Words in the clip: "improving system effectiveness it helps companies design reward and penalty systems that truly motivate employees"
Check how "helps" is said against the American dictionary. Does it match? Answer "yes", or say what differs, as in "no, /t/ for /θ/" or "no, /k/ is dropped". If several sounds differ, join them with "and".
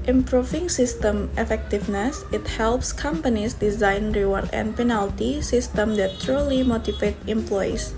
yes